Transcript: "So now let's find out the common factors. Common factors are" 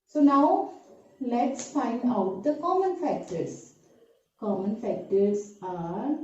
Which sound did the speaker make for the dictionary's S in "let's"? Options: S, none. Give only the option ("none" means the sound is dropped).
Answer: S